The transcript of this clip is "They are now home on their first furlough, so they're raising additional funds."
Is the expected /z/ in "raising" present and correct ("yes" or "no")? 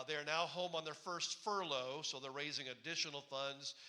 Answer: yes